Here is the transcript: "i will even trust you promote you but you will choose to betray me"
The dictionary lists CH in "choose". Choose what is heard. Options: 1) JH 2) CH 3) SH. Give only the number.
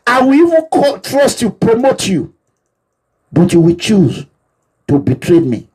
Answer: 2